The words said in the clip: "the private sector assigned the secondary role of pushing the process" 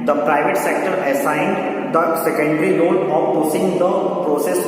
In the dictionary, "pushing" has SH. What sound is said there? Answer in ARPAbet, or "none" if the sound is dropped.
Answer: S